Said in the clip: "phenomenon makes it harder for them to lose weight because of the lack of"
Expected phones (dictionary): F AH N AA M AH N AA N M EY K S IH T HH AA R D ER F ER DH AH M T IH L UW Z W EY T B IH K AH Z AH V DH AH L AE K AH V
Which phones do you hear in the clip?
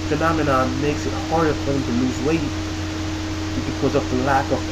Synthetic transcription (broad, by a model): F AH N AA M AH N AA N M EY K S IH T HH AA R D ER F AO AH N T IH L UW Z W EY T B IH K AH Z AH V DH AH L AE K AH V